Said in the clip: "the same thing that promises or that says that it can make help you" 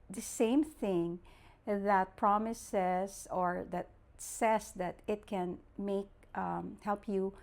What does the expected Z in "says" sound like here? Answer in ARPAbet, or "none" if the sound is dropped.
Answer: S